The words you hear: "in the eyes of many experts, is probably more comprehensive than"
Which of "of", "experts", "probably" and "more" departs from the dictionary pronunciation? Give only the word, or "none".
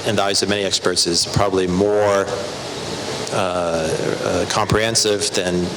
none